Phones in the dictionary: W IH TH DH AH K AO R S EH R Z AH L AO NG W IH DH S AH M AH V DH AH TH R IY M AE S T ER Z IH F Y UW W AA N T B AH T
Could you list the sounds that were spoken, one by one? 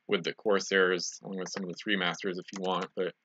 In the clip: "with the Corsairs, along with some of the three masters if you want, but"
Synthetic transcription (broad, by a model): W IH DH AH K AO R S EH R Z AH L AO NG W IH DH S AH M AH V DH AH TH R IY M AE S T ER Z IH F Y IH W AA N T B AH T